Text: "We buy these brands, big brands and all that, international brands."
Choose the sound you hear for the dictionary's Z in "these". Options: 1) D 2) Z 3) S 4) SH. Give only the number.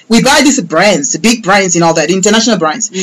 3